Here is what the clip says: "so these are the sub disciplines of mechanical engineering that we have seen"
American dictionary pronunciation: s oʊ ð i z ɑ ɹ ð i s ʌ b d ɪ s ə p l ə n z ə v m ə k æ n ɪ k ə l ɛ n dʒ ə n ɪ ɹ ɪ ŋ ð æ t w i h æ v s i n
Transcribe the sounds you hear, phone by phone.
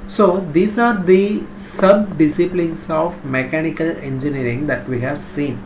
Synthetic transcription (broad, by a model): s oʊ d i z ɑ ɹ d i s ʌ b d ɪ s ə p l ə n s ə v m ə k æ n ɪ k ə l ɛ n dʒ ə n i ɹ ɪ ŋ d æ t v i h æ v s i n